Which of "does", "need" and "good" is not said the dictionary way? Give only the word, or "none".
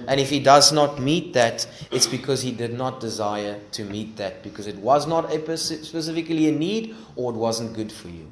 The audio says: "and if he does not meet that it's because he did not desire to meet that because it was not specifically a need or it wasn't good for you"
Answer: none